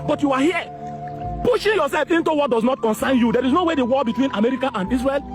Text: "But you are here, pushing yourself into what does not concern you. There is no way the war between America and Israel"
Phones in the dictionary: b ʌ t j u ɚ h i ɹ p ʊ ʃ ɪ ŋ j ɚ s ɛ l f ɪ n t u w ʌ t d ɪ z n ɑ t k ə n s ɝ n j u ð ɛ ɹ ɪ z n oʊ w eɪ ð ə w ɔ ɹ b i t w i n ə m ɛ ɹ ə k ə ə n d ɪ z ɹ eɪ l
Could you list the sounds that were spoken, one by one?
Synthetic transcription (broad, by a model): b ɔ t j u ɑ h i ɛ p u ʃ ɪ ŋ j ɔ s ɛ l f ɪ n t u w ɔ t d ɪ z n ɑ t k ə n s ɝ n j u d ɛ ɹ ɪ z n oʊ w eɪ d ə w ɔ l b i t w i n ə m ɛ ɹ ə k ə ə n d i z ɹ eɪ l